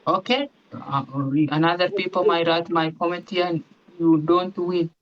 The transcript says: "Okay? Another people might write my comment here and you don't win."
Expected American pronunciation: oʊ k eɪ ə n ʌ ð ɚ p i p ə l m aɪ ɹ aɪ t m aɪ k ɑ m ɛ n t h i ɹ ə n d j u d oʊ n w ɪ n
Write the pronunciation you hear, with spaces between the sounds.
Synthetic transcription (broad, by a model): oʊ k eɪ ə n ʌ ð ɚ p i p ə m aɪ ɹ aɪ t m aɪ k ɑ m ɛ t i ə n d j u d oʊ n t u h